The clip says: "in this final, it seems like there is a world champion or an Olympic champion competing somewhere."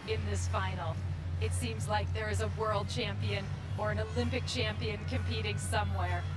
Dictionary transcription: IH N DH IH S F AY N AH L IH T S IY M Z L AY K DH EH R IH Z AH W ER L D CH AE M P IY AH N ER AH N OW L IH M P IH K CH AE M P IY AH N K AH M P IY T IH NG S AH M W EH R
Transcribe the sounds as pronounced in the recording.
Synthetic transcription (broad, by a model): IH N DH IH S F AY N L IH T S IY M Z L AY K DH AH R IH Z AH W ER L D CH AE M P IY AH N ER AH N OW L IH M P IH K CH AE M P IY AH N K AH M P IY T IH NG S AH M W EH R